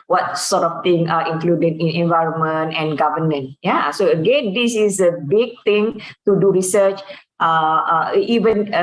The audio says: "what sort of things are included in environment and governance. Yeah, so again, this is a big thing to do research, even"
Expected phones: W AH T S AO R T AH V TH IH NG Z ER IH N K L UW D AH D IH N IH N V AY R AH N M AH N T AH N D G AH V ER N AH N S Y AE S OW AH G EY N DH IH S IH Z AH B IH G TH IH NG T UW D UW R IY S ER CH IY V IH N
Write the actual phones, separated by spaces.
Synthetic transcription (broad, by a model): W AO T S AO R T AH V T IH NG AA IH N K L UW D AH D IH N IH N V AY R AH N M AH N T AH N G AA V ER N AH N Y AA S OW AH G EY N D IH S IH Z AH B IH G T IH NG T UW D UW R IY S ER CH IY V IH N